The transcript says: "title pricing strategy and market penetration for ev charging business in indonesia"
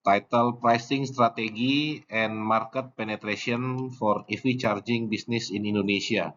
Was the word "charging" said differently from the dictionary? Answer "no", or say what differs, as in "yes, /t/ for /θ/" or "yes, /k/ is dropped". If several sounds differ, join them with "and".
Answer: no